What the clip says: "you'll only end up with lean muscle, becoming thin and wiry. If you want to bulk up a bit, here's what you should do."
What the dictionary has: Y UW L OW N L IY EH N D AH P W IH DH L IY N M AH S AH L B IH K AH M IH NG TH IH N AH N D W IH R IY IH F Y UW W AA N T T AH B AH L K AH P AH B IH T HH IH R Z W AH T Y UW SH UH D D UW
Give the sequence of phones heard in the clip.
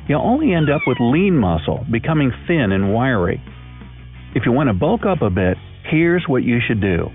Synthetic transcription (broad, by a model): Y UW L OW N L IY EH N D AH P W IH DH L IY N M AH S L B IH K AH M IH NG TH IH N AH N W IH R IY IH F Y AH W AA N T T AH B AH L K AH P AH B IH T HH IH R Z W AH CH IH SH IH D D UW